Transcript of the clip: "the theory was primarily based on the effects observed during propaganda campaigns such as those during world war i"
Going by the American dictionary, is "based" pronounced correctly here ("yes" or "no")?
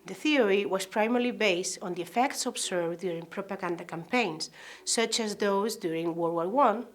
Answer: yes